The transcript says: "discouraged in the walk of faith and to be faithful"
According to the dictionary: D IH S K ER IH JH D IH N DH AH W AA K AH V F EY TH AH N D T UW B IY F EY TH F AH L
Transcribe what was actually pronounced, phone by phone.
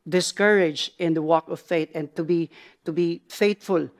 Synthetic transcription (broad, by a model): D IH S K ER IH JH IH N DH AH W AA K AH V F EY T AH N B T UW B IY F EY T F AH L